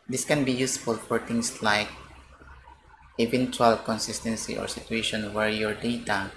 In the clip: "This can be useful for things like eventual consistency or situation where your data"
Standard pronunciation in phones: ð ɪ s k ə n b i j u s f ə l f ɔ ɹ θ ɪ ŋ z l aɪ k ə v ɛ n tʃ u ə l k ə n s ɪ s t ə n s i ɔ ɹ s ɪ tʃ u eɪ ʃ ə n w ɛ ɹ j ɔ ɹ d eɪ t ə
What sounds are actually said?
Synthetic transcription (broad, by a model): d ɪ s k ə n b i j u s f ə l f ɔ ɹ t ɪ ŋ s l aɪ k ə v ɛ n tʃ u ə l k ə n s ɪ s t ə n s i ɔ ɹ s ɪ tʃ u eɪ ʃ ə n w ɛ ɹ j ɔ ɹ d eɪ t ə